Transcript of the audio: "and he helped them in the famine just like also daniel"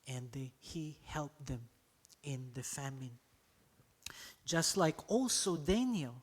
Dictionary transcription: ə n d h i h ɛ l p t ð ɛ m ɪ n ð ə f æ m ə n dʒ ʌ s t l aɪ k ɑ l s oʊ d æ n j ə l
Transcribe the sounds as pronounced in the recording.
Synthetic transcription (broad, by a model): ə n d h i h ɛ l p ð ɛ m ɪ n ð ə f æ m ə n dʒ ʌ s t l aɪ k ɑ l s oʊ d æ n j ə l